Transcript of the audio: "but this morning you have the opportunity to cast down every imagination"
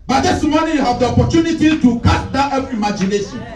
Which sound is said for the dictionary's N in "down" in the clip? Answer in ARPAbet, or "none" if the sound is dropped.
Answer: none